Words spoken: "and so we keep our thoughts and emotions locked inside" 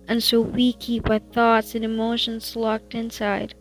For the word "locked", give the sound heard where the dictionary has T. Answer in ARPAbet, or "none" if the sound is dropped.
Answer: T